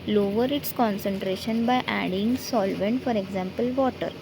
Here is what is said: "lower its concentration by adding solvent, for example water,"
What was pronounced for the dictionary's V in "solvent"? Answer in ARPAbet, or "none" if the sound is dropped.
V